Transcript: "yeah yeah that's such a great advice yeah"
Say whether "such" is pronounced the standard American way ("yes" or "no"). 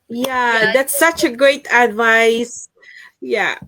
yes